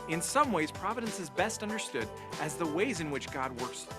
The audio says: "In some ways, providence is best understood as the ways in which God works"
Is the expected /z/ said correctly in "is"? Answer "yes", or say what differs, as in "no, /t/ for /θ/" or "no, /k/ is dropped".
yes